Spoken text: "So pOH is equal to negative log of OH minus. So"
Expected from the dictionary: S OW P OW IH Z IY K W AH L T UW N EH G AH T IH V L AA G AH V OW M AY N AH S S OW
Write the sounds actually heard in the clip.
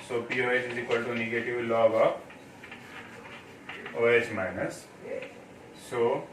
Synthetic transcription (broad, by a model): S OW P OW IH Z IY K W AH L T UW N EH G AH T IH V L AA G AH P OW M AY N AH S S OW